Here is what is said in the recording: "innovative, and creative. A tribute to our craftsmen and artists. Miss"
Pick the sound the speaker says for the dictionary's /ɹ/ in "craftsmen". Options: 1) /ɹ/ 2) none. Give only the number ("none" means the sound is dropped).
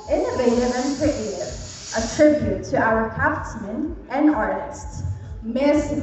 2